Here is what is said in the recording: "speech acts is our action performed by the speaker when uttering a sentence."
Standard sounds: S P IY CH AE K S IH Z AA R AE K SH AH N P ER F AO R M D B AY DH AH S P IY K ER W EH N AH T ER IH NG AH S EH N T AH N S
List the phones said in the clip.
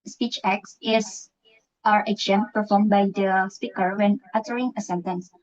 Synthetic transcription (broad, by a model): S P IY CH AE K S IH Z AA R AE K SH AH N P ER F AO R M B AY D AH S P IY K ER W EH N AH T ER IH NG AH S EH N T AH N S